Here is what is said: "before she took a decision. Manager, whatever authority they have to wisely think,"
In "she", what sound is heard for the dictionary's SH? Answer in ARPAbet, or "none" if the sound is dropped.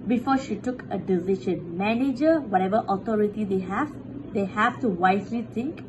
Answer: SH